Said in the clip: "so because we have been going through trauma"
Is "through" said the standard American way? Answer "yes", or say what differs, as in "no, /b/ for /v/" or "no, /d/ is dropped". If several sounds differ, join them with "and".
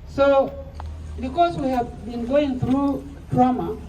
yes